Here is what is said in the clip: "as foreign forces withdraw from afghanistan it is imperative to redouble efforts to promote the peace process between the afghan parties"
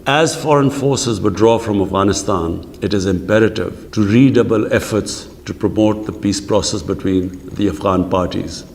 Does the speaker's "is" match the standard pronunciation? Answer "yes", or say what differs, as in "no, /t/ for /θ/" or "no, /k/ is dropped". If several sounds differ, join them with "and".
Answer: yes